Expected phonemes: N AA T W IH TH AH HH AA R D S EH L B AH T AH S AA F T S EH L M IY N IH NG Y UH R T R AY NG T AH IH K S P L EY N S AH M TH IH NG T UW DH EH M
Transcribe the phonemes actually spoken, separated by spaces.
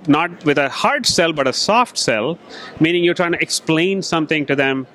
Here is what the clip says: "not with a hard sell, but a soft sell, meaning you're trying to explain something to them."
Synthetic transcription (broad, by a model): N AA T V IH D AH HH AA R D S EH L B AH T AH S AA F T S EH L M IY N IH NG Y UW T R AY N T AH K S P L EY N S AH M T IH NG T UW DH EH M